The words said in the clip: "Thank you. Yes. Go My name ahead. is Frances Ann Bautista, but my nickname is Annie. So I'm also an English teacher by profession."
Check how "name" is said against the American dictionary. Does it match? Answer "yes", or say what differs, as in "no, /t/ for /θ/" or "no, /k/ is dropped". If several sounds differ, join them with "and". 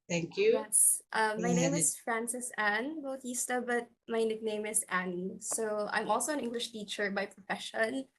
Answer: no, /m/ is dropped